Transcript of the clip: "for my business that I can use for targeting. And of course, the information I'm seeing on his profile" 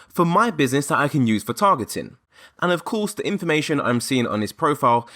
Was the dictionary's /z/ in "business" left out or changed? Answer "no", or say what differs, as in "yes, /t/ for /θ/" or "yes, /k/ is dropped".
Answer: no